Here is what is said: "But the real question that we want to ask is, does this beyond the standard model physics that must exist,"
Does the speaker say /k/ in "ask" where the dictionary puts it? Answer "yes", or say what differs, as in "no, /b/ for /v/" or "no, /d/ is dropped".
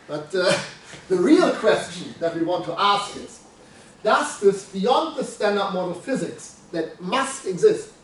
yes